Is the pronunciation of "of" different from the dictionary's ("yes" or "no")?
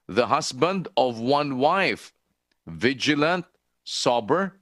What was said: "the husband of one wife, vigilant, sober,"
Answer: no